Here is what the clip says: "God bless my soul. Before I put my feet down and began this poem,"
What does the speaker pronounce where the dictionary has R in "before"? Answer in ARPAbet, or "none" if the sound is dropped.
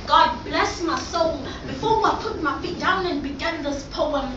W